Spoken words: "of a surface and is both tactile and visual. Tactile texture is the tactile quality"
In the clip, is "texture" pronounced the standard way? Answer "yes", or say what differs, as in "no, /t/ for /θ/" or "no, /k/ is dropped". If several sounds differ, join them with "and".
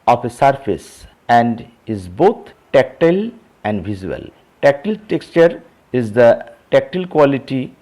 yes